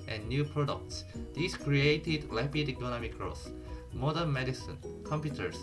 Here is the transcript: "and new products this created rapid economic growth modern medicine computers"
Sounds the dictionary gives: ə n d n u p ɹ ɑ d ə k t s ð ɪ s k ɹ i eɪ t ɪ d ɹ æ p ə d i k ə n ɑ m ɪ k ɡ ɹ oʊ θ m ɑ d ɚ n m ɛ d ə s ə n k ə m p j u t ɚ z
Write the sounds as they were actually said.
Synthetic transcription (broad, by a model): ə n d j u p ɹ ɑ d ə k t s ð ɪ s k ɹ i eɪ t ɪ d l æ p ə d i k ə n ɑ m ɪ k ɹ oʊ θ m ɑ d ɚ n m ɛ d ə s ə n k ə m p j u t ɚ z